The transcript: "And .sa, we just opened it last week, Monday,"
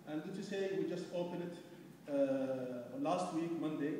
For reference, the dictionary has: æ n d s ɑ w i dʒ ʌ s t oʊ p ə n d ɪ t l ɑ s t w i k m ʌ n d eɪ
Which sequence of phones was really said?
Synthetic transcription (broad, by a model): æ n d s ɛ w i dʒ ʌ s t oʊ p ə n ɪ t l ɑ s t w i k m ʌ n d eɪ